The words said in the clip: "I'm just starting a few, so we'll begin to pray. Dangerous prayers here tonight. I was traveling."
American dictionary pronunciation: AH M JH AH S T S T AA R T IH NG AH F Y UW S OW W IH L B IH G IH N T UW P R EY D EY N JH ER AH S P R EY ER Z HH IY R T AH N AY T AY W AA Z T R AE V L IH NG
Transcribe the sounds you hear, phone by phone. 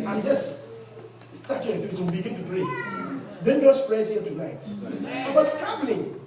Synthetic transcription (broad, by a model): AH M JH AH S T S T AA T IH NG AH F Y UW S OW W B IH G IH N T UW P R EY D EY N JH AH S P R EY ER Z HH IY L T AH N AY T AY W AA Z T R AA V L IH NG